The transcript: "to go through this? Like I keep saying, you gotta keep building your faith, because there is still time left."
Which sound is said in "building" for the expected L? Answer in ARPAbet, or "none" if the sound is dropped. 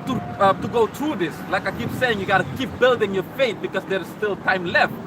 L